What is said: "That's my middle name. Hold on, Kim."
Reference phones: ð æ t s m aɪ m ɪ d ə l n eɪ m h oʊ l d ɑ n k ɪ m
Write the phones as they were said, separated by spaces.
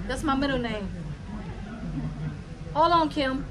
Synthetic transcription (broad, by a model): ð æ t s m aɪ m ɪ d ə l n eɪ m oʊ l ɑ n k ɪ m